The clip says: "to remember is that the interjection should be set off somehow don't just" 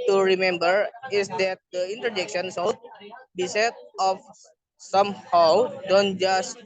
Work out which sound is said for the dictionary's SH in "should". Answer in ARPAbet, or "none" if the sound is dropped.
S